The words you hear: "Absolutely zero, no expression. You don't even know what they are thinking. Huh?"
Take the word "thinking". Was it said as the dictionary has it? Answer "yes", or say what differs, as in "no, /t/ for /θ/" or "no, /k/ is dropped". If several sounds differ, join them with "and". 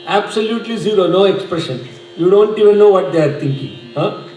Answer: no, /t/ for /θ/